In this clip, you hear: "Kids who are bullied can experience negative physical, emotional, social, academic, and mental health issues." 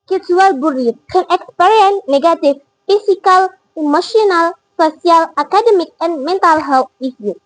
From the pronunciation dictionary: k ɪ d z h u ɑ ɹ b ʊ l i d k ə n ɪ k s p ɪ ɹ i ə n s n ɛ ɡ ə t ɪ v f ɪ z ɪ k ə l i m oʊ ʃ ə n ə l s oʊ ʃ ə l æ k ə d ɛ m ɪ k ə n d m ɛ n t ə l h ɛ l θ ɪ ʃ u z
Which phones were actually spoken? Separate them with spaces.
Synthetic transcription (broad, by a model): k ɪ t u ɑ l b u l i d k ə n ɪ k s p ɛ ɹ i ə n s n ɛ ɡ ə t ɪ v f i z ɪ k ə l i m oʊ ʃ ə n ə l s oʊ s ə l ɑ k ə d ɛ m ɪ k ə n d m ɛ n t ə l h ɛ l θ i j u